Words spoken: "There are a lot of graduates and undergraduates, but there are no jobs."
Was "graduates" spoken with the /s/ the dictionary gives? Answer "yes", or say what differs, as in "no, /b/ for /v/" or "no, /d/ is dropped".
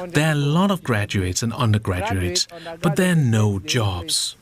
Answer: yes